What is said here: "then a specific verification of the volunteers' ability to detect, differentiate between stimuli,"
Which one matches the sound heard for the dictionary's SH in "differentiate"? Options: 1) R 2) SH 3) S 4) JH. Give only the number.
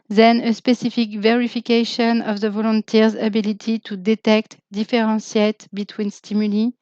3